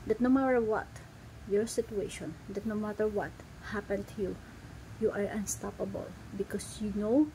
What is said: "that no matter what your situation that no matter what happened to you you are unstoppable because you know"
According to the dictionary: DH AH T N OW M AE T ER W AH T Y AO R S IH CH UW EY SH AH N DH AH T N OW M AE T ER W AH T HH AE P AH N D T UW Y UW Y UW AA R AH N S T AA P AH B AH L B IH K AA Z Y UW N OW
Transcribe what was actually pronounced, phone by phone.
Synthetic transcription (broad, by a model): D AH T N OW M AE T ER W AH T Y AO R S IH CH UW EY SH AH N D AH T N OW M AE T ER W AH T HH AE P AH N T UW Y UW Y AA R AH N S T AA P AH B AH L B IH K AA S Y UW N OW